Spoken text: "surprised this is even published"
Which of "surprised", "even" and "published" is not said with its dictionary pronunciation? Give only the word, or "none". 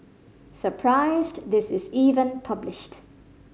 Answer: none